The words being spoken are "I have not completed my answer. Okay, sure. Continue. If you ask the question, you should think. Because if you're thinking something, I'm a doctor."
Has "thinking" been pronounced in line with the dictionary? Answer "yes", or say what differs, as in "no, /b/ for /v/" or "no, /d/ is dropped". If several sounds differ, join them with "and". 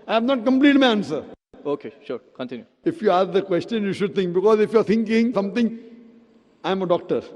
no, /t/ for /θ/